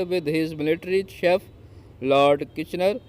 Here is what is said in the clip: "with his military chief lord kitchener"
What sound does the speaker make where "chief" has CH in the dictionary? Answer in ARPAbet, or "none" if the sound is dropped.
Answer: SH